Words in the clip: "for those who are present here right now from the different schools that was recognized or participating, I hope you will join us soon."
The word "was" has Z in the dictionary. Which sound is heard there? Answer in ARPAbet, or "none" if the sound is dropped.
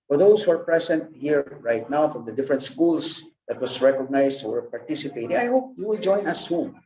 S